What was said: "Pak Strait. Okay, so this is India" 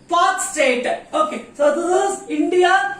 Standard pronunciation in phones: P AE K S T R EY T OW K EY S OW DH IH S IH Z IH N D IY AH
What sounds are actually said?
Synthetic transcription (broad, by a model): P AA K S T EY T OW K EY S OW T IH IH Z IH N D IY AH